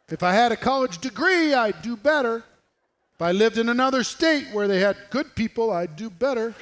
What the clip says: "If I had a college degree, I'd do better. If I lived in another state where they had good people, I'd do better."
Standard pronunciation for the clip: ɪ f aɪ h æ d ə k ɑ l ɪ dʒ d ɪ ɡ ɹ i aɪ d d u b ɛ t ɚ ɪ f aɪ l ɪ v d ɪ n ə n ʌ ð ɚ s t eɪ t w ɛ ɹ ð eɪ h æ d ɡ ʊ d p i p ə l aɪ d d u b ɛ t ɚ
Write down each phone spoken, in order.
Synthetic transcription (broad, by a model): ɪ f aɪ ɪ d ə k ɑ l ɪ dʒ d ɪ ɡ ɹ i aɪ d d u b ɛ t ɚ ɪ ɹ aɪ l ɪ v d ɪ n ə n ʌ ð ɚ s t eɪ t w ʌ ɹ ð eɪ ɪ d ɡ ʊ d p i p l aɪ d d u b ɛ t ɚ